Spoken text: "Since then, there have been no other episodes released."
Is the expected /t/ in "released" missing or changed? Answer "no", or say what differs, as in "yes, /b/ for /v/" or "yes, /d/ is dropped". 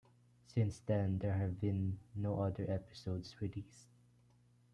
yes, /t/ is dropped